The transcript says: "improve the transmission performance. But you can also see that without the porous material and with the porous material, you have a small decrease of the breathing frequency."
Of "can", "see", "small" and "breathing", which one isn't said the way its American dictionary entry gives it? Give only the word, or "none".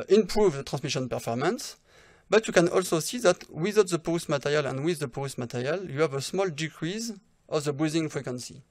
breathing